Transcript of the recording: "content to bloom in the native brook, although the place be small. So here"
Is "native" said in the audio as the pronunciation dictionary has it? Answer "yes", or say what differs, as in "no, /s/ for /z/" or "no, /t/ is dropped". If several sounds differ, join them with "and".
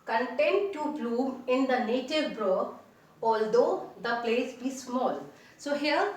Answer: yes